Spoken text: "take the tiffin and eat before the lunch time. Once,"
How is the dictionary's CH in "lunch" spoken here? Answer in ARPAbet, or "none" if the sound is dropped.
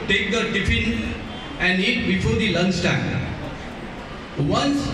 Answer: S